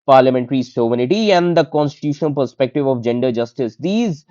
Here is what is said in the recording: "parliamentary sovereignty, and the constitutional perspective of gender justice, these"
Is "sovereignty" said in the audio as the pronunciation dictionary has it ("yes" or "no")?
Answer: no